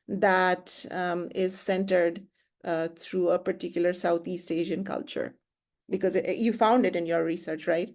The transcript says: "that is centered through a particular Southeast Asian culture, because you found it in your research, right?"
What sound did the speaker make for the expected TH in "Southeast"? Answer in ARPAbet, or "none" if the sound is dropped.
T